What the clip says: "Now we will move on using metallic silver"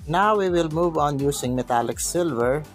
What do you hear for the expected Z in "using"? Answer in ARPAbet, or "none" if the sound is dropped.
S